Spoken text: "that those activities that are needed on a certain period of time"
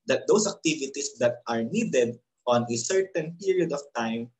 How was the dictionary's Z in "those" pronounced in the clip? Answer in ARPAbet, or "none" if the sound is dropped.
S